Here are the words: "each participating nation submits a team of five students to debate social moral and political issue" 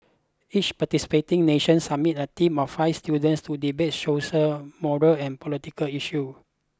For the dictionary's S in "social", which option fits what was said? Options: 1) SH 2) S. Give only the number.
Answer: 1